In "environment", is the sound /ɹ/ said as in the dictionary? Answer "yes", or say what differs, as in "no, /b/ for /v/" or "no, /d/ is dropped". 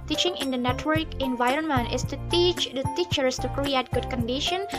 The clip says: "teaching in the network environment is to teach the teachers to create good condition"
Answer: yes